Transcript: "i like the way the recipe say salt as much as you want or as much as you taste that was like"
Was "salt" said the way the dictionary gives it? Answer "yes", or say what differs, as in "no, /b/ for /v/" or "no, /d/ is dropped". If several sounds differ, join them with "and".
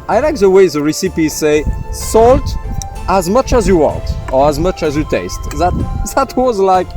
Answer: yes